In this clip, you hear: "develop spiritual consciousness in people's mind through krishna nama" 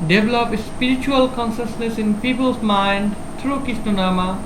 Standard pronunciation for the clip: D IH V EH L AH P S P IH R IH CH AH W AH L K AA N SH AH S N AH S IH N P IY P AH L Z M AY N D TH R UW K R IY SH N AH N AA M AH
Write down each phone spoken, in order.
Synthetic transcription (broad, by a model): D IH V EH L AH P S P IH R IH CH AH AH L K AA N SH AH S N AH S IH N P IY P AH L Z M AY N D T R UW K IY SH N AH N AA M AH